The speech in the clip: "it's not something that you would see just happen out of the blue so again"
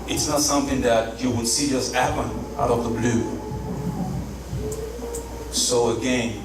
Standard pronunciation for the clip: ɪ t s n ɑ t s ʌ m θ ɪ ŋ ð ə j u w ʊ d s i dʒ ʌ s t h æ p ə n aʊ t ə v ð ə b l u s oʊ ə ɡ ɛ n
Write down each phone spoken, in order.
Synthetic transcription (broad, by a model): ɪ t s n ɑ t s ʌ m θ ɪ ŋ ð ə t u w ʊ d s i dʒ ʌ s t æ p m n aʊ t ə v ð ə b l u s oʊ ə ɡ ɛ n